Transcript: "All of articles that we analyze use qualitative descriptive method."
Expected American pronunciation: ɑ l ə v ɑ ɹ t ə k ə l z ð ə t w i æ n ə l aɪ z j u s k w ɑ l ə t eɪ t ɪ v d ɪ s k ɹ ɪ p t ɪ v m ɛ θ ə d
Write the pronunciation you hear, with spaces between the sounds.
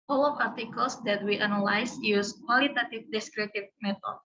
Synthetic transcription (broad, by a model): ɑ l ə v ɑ ɹ t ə k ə l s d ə t w i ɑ n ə l aɪ s j u s k w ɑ l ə t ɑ t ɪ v d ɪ s k ɹ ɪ t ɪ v m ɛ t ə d